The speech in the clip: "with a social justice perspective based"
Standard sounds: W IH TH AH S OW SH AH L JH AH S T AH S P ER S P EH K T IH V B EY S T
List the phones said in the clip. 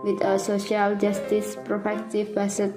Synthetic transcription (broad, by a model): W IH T AH S OW SH AH L JH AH S T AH S P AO P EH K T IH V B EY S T